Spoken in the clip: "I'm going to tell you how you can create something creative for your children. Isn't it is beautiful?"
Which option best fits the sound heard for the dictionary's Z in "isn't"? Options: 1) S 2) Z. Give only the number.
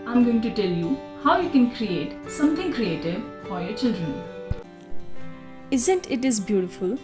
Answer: 2